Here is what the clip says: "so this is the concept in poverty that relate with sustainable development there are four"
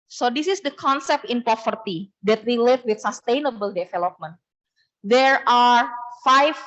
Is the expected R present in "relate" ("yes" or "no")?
no